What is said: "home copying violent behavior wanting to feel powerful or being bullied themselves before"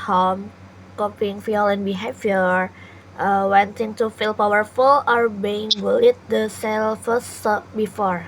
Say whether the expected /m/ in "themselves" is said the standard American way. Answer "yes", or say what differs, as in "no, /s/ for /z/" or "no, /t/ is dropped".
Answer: no, /m/ is dropped